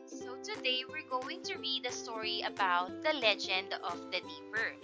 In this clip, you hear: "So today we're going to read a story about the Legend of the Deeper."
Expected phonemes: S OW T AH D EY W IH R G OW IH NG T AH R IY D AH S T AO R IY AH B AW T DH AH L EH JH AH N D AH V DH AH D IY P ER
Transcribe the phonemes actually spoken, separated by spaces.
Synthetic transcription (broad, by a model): S OW T AH D EY W IH R G OW IH NG T AH R IY D AH S T AO R IY AH B AW T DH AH L EH JH AH N D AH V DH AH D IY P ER